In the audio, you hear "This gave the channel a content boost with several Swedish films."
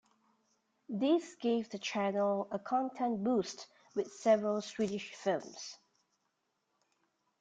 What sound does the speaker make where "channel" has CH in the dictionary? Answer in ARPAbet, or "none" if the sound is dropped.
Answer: CH